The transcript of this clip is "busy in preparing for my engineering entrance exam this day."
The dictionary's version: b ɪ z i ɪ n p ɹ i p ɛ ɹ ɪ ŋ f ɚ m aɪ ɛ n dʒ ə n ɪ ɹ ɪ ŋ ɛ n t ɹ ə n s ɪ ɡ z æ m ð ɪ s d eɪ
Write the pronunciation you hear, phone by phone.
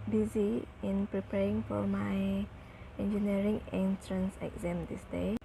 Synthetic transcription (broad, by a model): b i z i ɪ n p ɹ i p ɛ ɹ ɪ ŋ f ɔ m aɪ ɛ n dʒ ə n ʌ ɹ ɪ ŋ ɛ n t ɹ ə n s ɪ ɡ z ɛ m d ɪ s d eɪ